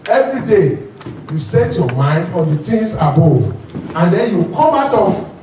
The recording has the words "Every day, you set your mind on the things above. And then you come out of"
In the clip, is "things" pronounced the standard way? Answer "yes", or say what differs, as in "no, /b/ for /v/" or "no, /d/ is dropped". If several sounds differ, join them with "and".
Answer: no, /t/ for /θ/